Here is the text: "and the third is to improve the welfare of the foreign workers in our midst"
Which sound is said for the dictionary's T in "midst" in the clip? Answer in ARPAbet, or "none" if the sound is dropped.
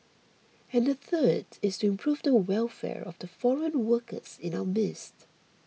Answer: T